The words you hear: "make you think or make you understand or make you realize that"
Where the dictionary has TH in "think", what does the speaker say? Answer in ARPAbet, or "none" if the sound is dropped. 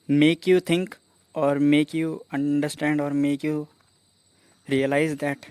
T